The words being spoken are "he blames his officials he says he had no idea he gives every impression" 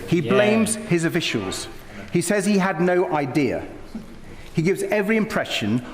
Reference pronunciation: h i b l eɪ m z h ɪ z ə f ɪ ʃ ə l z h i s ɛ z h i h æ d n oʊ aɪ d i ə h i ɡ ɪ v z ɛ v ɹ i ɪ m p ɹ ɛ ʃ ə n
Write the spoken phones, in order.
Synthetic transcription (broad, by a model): h i b l eɪ m z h ɪ z ə f ɪ ʃ ə l z h i s ɛ z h i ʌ d n oʊ aɪ d i ə h i ɡ ɪ v z ɛ v ɹ i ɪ m p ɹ ɛ ʃ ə n